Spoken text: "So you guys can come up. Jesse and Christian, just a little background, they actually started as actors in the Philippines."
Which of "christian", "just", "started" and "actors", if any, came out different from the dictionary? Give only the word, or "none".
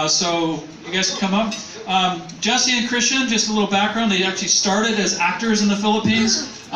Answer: none